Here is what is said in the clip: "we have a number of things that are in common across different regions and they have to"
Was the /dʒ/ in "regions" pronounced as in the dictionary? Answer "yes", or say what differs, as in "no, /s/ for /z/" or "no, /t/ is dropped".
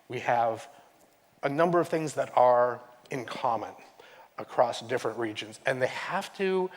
yes